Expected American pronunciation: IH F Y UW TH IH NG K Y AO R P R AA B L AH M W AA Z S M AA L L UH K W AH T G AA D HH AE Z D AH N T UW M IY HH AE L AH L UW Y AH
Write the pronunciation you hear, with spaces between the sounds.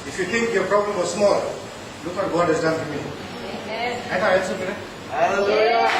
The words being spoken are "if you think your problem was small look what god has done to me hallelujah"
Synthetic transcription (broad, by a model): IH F Y UW T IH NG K Y AO R P R AA B L AH M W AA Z S M AA L L UH K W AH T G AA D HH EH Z D AH N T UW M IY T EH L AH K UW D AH